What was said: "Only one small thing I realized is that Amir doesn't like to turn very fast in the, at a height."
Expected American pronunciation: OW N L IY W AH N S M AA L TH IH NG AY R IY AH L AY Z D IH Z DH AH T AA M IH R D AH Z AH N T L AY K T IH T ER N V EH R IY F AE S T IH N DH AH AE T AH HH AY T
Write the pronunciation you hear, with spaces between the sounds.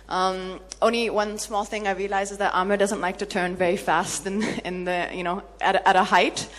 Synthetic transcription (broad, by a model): OW N L IY W AH N S M AA L TH IH NG AY R IY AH L AY Z IH Z DH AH T AA M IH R D AH Z AH N T L AY K T IH T ER N V EH R IY F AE S T IH N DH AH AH T AH HH AY T